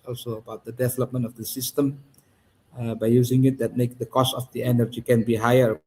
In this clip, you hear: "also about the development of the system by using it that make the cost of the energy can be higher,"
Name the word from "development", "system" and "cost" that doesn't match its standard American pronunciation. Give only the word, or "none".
none